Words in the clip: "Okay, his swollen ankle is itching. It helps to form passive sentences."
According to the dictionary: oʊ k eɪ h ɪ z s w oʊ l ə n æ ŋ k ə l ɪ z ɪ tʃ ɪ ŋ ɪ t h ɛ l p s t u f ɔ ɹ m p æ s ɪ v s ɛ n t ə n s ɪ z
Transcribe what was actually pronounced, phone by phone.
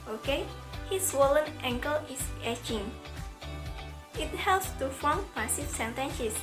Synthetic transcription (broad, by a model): oʊ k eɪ h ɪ s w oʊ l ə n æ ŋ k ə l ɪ s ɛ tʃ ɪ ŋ ɪ t h ɛ l p s t u f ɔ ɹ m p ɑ s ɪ f s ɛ n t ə n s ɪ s